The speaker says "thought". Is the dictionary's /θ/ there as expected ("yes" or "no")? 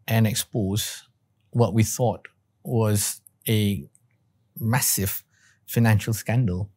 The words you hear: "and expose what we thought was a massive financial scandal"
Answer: yes